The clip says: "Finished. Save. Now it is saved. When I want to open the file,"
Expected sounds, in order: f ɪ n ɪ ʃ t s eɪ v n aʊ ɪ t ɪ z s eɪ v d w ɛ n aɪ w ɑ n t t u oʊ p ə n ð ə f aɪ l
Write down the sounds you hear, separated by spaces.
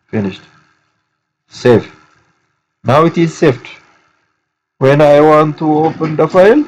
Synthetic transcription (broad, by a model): f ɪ n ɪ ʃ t s eɪ f n aʊ ɪ t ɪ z s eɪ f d w ɛ n aɪ w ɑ n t t u oʊ p ə n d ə f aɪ l